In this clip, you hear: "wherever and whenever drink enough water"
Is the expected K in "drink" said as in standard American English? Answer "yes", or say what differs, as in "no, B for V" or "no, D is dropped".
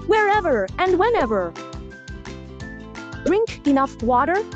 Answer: yes